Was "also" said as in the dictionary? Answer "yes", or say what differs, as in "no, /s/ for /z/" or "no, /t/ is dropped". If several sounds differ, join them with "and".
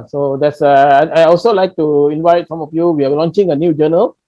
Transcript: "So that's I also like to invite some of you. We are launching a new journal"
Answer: yes